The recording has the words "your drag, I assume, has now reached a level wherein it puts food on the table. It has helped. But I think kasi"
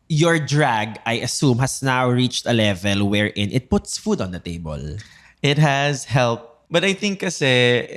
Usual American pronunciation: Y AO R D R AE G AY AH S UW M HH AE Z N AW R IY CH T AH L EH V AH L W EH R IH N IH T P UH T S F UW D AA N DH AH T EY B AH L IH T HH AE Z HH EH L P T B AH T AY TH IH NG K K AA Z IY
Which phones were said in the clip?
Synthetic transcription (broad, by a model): Y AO R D R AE G AY AH S UW M HH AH S N AW R IY CH T AH L EH V AH L W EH R IH N IH T P UH T S F UW D AA N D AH T EY B AH L IH T HH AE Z HH EH L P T B AH T AY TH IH NG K K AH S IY